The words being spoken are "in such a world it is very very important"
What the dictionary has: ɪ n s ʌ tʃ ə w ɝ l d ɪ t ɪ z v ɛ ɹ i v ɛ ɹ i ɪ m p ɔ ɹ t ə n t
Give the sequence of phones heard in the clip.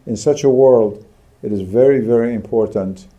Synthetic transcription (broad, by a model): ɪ n s ʌ tʃ ə w ɝ l d ɪ t ɪ z v ɛ ɹ i v ɛ ɹ i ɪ m p ɔ ɹ t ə n t